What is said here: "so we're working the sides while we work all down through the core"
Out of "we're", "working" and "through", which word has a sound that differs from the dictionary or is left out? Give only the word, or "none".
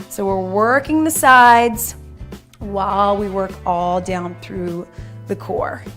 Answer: none